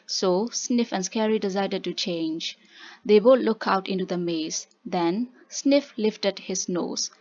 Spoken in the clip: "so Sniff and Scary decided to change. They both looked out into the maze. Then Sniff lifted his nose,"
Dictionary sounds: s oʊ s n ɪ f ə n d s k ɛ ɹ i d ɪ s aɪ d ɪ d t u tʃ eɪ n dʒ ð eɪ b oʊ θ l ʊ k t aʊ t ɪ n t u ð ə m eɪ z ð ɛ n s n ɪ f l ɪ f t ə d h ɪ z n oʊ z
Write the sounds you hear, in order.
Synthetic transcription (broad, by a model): s oʊ s n ɪ f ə n s k ɛ ɹ i d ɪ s aɪ d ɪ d t u tʃ eɪ n dʒ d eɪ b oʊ t l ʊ k aʊ t ɪ n t u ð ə m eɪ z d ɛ n s n ɪ f l ɪ f t ə d h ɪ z n oʊ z